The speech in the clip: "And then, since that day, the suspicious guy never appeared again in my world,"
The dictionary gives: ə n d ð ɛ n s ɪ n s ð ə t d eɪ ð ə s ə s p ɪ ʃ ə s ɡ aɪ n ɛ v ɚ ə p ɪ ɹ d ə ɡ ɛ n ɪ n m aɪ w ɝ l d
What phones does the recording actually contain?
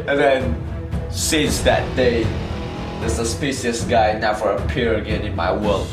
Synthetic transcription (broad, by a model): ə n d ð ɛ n s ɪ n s ð ə t d eɪ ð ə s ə s p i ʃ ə s ɡ aɪ n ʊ f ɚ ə p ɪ ɹ ə ɡ ɛ n ɪ n m aɪ w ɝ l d